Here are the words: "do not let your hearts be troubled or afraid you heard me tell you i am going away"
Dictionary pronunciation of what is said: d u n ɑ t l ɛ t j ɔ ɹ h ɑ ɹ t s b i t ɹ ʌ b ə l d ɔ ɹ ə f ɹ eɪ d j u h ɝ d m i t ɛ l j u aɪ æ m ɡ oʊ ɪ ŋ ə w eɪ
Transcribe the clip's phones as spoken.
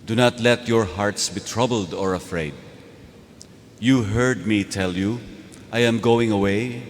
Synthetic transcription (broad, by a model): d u n ɑ t l ɛ t j ɔ ɹ h ɑ ɹ t s b i t ɹ ʌ b ə l d ɔ ɹ ə f ɹ eɪ d j u h ɝ d m i t ɛ l j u aɪ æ m ɡ oʊ ɪ ŋ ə w eɪ